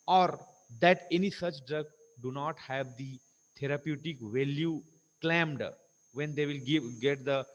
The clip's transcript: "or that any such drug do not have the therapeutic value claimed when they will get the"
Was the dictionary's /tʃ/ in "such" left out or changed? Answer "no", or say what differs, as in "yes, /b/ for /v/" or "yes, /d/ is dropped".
no